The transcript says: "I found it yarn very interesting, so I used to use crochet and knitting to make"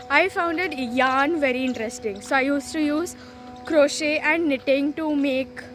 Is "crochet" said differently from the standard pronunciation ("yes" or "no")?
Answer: no